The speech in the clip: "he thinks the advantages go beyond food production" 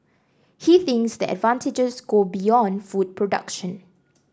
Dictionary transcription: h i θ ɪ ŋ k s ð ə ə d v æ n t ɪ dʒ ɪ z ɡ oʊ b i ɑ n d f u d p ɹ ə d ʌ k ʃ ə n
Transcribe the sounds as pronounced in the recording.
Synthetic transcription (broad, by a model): h i θ ɪ ŋ k s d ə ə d v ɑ n t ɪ dʒ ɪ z ɡ oʊ b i ɑ n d f u d p ɹ ə d ʌ k ʃ ə n